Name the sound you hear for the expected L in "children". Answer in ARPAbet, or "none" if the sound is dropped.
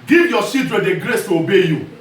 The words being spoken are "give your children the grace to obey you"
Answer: none